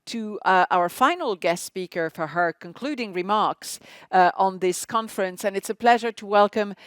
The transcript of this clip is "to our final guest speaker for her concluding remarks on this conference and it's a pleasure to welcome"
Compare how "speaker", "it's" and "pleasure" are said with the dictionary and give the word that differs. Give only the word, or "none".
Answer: none